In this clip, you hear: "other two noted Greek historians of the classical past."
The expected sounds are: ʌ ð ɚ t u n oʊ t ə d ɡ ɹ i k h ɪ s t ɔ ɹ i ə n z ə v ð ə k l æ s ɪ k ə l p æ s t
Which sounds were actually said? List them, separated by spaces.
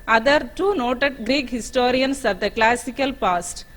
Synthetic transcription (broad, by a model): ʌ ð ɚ t u n oʊ t ə d ɡ ɹ i k h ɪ s t ɔ ɹ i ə n s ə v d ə k l æ s ɪ k ə l p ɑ s t